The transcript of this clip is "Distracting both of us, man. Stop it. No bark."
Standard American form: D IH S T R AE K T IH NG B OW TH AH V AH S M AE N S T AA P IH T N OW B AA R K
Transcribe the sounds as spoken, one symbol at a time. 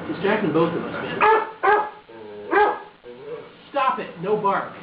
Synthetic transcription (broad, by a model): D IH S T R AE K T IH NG B OW TH AH V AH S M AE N S T AA P IH T N OW B AA R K